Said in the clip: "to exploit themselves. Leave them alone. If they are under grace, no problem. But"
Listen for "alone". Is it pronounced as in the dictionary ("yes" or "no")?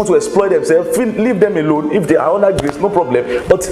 yes